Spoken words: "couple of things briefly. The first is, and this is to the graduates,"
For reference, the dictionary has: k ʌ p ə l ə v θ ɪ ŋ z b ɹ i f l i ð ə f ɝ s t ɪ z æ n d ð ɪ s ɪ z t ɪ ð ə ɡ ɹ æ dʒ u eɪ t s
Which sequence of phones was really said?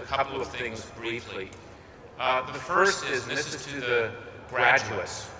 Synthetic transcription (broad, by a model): k ʌ p l ə v θ ɪ ŋ z b ɹ i f l i ð ə f ɝ s t ɪ z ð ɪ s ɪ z t ɪ ð ə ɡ ɹ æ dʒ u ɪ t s